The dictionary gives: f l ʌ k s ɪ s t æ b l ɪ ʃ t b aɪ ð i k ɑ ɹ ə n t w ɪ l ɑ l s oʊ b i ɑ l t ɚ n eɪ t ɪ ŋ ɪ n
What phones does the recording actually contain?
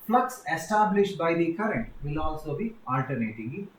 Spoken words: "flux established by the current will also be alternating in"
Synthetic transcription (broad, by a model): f l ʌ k s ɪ s t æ b l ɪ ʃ t b aɪ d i k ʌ ɹ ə n t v ɪ l ɑ l s oʊ b i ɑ l t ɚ n eɪ t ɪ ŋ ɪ